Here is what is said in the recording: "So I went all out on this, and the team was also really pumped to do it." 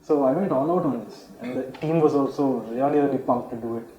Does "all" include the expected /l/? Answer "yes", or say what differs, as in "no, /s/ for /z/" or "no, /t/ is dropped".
no, /n/ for /l/